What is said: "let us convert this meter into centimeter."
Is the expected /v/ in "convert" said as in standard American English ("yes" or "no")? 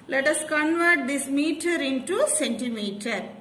yes